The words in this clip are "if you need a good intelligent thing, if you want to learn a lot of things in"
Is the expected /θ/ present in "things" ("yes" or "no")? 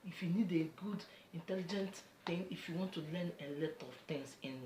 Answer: no